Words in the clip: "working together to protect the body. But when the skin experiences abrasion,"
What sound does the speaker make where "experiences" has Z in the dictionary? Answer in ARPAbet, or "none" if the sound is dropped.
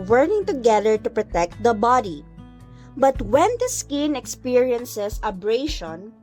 S